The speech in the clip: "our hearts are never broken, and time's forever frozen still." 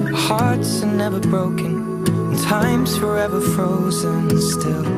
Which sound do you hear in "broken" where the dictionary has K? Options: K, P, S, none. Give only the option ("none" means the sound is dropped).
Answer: none